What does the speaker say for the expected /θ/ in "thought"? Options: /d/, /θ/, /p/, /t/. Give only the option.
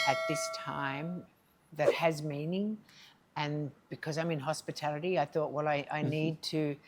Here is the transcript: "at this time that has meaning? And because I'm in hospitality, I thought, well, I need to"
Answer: /θ/